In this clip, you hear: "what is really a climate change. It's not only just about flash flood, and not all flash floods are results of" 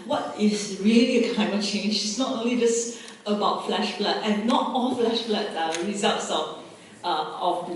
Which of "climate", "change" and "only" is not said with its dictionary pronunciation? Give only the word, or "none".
climate